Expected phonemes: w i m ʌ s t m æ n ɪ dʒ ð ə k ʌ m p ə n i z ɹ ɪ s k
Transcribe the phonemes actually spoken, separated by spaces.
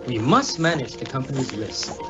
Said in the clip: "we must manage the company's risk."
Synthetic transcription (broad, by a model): w i m ʌ s t m æ n ɪ dʒ ð ə k ʌ m p ə n i z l ɪ s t